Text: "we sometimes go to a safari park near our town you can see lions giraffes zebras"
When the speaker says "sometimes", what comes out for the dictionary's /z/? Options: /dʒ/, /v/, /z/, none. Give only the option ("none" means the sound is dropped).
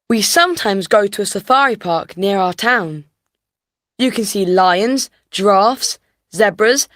/z/